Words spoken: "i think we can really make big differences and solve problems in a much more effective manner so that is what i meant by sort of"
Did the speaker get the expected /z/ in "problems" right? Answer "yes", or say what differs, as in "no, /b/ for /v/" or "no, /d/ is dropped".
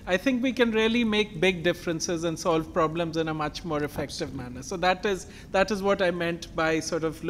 yes